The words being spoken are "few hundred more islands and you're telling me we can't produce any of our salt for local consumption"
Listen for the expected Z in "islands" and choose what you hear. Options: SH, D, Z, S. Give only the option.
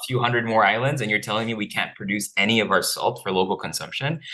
Z